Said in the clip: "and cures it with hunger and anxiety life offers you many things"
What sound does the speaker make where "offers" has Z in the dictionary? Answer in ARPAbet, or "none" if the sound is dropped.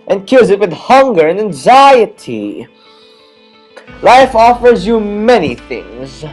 Z